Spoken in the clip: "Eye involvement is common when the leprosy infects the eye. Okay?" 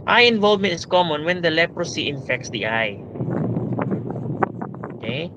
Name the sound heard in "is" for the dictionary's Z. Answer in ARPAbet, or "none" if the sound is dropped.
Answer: S